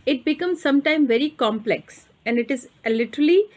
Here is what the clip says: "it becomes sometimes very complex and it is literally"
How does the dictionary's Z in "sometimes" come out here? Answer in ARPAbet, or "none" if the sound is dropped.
none